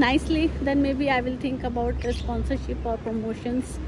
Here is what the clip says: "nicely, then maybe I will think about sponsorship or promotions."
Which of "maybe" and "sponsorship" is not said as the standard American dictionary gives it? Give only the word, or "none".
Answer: none